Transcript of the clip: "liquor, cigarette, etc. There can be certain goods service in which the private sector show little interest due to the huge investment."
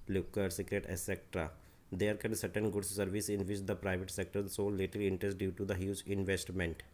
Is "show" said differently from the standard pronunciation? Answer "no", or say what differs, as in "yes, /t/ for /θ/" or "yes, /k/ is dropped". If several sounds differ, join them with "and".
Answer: yes, /s/ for /ʃ/